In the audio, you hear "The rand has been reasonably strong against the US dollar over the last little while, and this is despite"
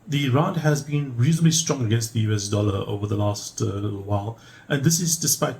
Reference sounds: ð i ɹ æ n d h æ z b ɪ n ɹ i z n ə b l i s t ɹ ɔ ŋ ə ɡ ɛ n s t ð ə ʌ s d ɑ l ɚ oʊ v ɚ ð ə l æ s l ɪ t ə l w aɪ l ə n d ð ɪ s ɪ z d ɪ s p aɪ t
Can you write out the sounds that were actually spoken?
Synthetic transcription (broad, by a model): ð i ɹ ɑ n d h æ z b ɪ n ɹ i z n ə b l i s t ɹ ɔ ŋ ə ɡ ɛ n s t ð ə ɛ s d ɑ l ɚ oʊ v ɚ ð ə l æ s t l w aɪ l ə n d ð ɪ s ɪ z d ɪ s p aɪ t